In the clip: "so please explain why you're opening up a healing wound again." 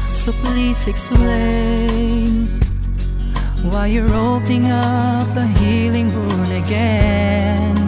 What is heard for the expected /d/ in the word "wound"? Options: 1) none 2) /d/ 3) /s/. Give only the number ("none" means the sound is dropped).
1